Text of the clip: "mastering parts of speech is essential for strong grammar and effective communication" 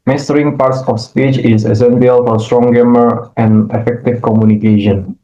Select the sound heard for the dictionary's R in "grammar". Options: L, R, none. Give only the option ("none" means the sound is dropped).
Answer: none